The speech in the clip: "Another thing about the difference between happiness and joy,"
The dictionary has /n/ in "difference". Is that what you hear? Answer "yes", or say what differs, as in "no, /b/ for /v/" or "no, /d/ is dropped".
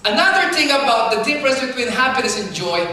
no, /n/ is dropped